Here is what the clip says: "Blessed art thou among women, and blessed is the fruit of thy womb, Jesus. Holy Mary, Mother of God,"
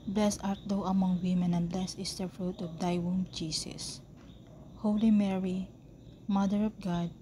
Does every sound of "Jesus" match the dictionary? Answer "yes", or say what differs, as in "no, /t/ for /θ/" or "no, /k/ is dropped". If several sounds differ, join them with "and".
no, /s/ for /z/